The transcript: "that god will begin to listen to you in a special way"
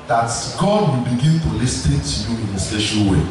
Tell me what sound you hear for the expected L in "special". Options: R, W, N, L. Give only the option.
N